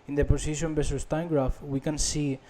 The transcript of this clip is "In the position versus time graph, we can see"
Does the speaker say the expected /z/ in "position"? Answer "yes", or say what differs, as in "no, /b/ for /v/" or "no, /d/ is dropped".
no, /s/ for /z/